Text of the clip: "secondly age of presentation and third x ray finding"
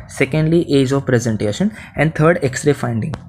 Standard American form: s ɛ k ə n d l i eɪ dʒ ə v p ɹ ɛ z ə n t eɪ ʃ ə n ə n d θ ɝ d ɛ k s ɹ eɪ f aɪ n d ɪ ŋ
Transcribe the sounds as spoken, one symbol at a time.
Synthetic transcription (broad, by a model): s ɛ k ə n d l i eɪ dʒ ə v p ɹ ɛ z ə n t eɪ ʃ ə n ə n d t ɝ d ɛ k s ɹ eɪ f aɪ n d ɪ ŋ